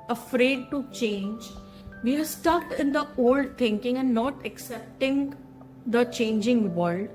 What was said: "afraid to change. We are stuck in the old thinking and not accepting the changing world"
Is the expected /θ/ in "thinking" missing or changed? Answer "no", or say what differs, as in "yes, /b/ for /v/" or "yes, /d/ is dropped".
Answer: yes, /t/ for /θ/